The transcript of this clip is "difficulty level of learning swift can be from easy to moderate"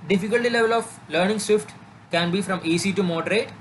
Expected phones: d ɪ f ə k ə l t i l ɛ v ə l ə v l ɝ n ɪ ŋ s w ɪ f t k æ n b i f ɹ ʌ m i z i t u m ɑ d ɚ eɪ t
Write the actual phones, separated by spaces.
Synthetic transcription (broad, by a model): d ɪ f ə k ə l t i l ɛ v ə l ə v l ɝ n ɪ ŋ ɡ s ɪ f t k æ n b i f ɹ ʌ m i s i t u m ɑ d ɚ eɪ t